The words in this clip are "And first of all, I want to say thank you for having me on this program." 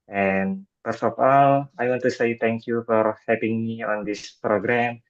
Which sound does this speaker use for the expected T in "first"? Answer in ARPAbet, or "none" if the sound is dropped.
none